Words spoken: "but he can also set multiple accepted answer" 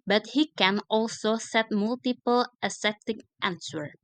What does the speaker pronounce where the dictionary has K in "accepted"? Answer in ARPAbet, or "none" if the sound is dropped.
none